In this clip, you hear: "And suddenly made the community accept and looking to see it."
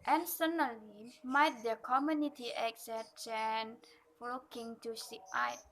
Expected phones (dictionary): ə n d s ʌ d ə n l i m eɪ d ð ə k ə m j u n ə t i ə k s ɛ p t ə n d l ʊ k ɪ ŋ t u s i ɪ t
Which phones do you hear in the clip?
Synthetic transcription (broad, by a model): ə n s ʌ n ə l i m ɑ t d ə k ə m j u n ə t i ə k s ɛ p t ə n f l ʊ k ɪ ŋ t u s i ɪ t